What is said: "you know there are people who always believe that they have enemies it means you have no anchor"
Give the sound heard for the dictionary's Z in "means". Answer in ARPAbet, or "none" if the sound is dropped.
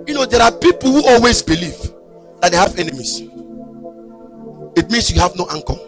S